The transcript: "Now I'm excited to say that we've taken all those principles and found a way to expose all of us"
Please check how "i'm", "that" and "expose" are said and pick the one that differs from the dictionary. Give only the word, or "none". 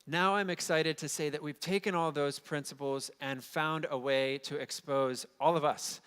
none